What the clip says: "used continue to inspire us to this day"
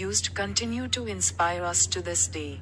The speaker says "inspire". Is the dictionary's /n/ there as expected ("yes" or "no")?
yes